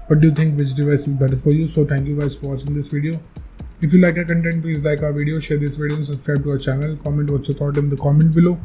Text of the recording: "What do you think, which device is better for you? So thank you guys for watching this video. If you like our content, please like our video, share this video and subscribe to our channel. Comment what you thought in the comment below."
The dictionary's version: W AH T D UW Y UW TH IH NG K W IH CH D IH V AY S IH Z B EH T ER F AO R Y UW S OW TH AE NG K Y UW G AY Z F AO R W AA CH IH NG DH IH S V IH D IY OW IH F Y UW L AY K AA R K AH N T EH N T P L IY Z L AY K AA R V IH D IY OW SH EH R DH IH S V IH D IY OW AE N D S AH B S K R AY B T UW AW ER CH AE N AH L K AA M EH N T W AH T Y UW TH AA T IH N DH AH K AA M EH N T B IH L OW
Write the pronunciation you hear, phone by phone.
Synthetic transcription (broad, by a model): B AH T D UW Y UW T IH NG K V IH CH D IH V AY S IH Z B EH T ER F AO R Y UW S OW T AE NG K Y UW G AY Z F AO R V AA CH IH NG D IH S V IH D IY OW IH F Y UW L AY K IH K AH N T EH N T P L IY Z L AY K AA R V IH D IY OW SH EH R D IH S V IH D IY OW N S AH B S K R AY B T UW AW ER CH AE N AH L K AA M EH N T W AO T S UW T AA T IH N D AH K AA M EH N T B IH L OW